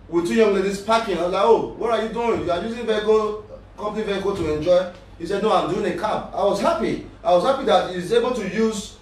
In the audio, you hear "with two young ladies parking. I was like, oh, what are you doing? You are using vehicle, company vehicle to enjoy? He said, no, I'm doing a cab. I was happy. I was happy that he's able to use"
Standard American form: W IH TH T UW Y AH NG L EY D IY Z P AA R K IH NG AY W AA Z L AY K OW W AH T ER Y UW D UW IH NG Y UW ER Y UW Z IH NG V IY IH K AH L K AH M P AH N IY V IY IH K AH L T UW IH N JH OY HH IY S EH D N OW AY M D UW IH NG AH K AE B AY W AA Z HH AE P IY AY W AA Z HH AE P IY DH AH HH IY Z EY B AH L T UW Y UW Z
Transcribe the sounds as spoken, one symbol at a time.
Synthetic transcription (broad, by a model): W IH T UW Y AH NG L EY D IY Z P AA K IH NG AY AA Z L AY OW W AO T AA Y UW D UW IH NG Y UW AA Y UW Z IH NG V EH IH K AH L K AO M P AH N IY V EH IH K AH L T UW IH N JH OY HH IY S EH D N OW AY M D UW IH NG AH K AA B AY W AA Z HH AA P IY AY W AA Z HH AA P IY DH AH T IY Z EY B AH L T UW Y UW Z